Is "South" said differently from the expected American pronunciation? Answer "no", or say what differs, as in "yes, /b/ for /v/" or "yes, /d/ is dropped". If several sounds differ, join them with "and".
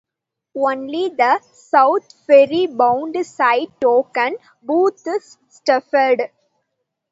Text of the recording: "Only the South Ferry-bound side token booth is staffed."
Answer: yes, /t/ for /θ/